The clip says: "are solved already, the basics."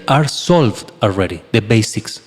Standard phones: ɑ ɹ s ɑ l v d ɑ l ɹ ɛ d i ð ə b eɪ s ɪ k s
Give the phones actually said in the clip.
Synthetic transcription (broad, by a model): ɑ ɹ s ɑ l v d ɑ l ɹ ɛ d i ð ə b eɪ s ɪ k s